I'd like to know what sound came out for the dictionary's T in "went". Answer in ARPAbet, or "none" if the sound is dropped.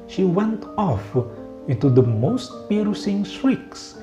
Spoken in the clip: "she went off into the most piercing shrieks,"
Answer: T